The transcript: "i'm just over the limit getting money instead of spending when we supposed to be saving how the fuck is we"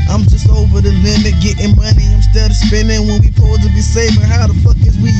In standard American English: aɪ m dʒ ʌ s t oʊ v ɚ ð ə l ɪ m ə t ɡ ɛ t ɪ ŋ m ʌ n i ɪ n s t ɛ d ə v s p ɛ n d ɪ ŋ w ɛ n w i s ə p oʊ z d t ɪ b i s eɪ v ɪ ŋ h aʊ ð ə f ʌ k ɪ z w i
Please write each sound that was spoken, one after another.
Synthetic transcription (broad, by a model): aɪ m dʒ ʌ s t oʊ v ɚ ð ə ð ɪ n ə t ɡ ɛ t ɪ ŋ m ʌ n i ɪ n s t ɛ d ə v s p ɛ n d ɪ ŋ w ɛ n w i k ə ʊ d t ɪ b i s eɪ f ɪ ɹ h aʊ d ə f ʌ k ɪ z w i